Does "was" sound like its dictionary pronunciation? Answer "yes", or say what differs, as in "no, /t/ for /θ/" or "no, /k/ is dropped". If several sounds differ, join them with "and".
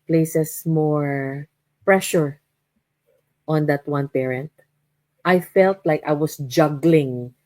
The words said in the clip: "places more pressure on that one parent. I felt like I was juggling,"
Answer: no, /s/ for /z/